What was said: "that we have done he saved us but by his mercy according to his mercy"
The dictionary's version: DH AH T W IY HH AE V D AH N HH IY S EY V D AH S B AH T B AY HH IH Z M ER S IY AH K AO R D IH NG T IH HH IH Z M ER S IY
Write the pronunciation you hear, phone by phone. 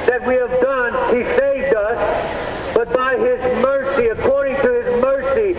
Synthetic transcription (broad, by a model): DH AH T W IY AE V D AH N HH IY S EY V D AH S B AH T B AY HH IH Z M ER S IY AH K AO R D IH NG T IH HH IH Z M ER S IY